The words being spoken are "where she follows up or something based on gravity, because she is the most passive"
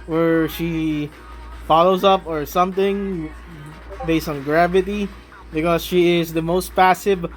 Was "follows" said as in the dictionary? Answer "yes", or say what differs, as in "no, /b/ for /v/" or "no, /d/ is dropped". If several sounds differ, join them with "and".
yes